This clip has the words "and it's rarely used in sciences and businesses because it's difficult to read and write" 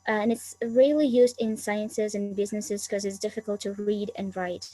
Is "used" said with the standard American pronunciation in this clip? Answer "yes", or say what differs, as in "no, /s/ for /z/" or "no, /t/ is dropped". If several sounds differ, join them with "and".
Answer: yes